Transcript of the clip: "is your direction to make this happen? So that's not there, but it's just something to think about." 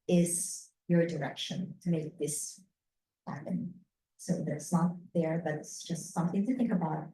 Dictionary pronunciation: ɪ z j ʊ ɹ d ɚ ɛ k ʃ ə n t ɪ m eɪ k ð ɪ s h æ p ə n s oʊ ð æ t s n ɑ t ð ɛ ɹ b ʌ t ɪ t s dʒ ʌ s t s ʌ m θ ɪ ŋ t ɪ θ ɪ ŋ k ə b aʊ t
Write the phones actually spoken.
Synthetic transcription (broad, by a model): ɪ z j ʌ ɹ d ɚ ɛ k ʃ ə n t ɪ m eɪ k ð ɪ s h æ p ə n s oʊ ð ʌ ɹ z n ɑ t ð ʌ ɹ b ʌ t ɪ t s dʒ ʌ s t s ʌ m θ ɪ ŋ t ɪ θ ɪ ŋ k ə b aʊ t